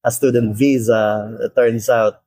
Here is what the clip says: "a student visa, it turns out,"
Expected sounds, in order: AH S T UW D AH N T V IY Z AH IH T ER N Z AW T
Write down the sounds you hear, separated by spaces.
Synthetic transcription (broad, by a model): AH S T UW D AH N T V IY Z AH IH T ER N S AW T